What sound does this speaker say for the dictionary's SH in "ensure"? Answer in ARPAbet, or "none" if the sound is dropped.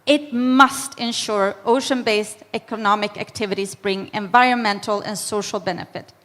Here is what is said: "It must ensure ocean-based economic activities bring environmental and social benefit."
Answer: SH